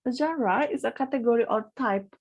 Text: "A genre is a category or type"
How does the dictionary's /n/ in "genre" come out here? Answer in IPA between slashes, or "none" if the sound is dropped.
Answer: none